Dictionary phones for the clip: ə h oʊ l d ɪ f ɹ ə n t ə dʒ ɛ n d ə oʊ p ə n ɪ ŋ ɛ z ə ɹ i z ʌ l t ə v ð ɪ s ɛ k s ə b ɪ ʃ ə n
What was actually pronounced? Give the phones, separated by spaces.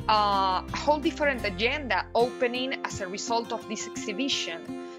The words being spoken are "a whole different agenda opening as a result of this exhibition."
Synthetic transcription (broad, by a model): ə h oʊ l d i f ɹ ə n t ə dʒ ɛ n d ə oʊ p ə n ɪ ŋ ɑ s ə ɹ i s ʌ l t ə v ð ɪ s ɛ k s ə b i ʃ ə n